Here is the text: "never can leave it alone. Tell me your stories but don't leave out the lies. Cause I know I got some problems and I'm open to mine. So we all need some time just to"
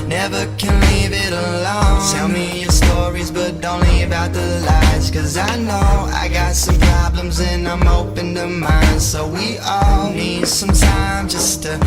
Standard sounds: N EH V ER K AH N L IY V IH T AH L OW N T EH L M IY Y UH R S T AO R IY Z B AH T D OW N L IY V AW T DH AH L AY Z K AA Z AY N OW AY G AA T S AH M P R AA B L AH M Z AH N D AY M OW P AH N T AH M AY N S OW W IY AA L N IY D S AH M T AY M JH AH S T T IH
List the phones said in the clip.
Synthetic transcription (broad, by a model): N EH V ER K AH N L IY V IH T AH L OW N T EH L M IY Y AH R S T AO R IY Z B AH T D OW N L IY B AW T DH AH L AY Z K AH Z AY N OW AY G AA T S AH M P R AA B L AH M Z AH N AY M OW P AH N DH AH M AY N S OW W IY AA L N IY D S AH M T AY M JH AH S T T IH